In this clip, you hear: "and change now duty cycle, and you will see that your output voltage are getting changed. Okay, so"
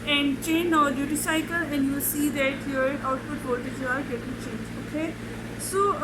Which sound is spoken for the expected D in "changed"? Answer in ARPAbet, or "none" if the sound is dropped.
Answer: none